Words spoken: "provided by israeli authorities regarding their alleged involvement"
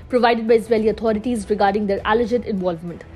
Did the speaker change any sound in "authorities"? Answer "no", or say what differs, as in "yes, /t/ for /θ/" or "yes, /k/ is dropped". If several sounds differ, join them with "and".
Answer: yes, /t/ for /θ/